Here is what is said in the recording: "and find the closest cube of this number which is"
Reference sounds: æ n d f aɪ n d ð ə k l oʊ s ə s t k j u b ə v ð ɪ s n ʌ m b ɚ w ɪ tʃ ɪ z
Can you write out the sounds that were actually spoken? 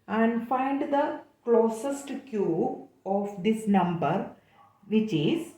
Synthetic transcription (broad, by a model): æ n d f aɪ n d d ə k l oʊ s ə s t k j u ə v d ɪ s n ʌ m b ɚ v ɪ tʃ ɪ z